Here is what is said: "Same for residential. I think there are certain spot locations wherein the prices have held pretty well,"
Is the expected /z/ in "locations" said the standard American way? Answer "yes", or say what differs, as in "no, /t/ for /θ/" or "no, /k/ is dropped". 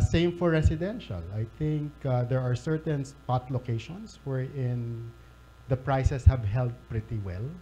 no, /s/ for /z/